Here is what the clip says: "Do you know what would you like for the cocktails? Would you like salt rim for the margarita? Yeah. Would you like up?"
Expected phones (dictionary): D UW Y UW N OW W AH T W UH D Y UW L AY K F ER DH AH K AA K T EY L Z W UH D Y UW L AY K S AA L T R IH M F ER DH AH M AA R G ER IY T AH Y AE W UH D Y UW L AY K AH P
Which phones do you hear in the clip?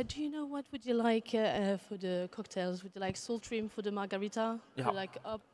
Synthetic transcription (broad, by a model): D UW Y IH N OW W AH T W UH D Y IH L AY K F ER DH AH K AA K T EY L Z W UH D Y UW L AY K S AA L T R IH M F ER DH AH M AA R G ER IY T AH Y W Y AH L AY K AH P